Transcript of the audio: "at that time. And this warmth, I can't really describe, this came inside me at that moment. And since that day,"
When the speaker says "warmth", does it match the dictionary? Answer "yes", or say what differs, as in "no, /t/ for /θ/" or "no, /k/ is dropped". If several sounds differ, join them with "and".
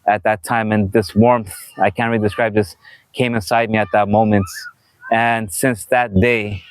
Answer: yes